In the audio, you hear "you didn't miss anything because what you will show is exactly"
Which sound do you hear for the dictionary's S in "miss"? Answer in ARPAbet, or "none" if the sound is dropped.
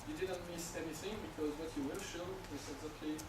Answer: S